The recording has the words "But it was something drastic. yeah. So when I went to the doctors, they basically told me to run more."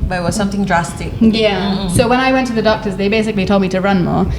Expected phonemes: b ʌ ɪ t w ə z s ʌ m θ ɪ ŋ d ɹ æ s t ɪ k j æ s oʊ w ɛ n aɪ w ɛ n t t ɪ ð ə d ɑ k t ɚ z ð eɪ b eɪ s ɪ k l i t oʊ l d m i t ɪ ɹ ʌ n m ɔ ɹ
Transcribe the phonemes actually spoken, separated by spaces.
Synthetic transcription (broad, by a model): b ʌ ɪ t w ə z s ʌ m θ ɪ ŋ d ɹ æ s t ɪ k j æ s oʊ w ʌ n aɪ w ɛ n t t ɪ ð ə d ɑ k t ɚ z ð eɪ b eɪ s ɪ k l i t oʊ l d m i t ɪ ɹ ʌ n m ɔ ɹ